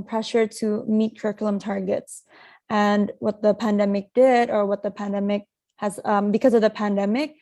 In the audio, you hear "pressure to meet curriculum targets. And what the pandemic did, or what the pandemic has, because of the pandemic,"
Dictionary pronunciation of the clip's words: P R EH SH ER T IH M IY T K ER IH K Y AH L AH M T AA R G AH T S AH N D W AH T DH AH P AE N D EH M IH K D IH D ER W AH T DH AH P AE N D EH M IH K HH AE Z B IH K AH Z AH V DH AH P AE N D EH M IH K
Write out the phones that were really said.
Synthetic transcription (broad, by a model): P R EH SH ER T IH M IY T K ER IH K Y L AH M T AA R G AH T S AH N W AH T DH AH P AE N D EH M IH K D IH D ER W AH T DH AH P AE N D EH M IH K HH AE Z B IH K AH Z AH V DH AH P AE N D EH M IH K